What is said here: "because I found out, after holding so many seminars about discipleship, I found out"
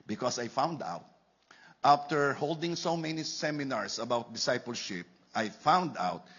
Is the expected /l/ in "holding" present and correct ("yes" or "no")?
yes